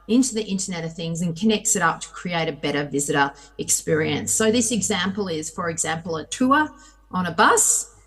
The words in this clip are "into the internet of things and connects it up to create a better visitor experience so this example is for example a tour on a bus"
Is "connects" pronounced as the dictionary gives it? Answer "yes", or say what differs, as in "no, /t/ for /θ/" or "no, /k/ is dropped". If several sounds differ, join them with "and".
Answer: yes